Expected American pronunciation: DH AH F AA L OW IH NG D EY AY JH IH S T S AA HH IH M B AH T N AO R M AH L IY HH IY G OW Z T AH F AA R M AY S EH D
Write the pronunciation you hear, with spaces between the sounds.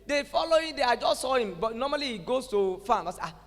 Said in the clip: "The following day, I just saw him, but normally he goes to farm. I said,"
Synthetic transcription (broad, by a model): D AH F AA L OW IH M D EY AY JH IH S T S AA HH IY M B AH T N AO M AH L IY HH IY G OW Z S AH F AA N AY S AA